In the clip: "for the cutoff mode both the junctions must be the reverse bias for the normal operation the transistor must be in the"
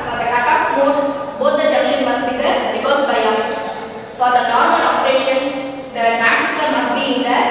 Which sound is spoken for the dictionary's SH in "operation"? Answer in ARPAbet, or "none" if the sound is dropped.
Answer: SH